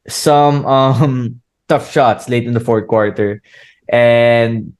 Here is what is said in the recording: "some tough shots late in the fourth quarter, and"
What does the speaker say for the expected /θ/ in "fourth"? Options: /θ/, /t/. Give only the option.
/t/